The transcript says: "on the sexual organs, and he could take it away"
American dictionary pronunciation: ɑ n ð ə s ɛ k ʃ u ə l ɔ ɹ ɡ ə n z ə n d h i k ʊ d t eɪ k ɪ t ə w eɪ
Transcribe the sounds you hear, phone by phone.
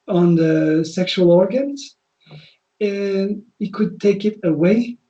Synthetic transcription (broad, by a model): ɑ n ð ə s ɛ k ʃ u ə l ɔ ɹ ɡ ə n z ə n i k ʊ d t eɪ k ɪ t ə w eɪ